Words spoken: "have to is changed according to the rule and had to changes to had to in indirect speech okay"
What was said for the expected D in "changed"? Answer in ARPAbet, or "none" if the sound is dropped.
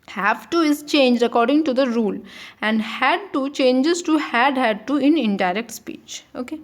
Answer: none